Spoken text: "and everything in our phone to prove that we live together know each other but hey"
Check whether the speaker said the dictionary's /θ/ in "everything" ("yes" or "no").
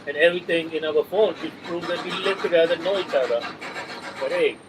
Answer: no